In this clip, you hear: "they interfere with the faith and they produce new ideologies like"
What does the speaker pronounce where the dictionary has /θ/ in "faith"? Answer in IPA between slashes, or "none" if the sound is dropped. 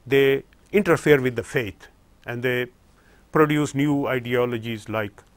/t/